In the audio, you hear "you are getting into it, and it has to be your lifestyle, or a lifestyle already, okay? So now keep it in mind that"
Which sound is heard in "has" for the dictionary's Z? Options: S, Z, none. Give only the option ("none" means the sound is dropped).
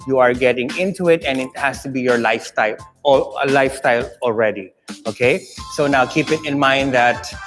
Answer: S